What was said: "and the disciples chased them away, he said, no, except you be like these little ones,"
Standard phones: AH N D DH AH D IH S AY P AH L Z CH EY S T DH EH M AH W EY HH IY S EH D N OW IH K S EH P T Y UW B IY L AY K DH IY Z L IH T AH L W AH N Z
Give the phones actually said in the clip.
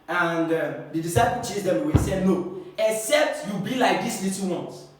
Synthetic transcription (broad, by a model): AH N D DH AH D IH S AY P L CH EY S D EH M AH W EY S EH D N OW IH K S EH P T Y UW B IY L AY K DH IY S L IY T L W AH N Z